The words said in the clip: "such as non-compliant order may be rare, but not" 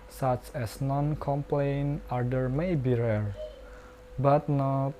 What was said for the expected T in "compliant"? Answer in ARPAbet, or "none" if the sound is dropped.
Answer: none